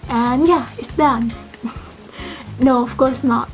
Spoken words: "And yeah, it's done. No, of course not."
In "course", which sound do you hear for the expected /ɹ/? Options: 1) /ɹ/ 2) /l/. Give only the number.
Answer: 1